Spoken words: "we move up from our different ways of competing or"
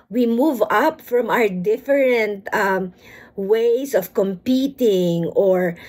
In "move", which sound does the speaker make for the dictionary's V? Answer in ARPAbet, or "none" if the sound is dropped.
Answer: V